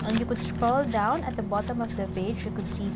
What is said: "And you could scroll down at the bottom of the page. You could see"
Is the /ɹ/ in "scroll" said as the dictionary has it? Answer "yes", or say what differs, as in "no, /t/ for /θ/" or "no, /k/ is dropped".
no, /ɹ/ is dropped